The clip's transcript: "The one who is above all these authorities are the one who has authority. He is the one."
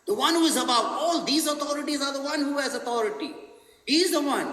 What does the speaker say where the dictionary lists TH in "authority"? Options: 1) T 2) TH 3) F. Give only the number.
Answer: 1